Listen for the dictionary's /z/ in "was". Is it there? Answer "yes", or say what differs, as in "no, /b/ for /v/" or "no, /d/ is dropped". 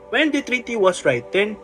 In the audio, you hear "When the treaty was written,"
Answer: no, /s/ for /z/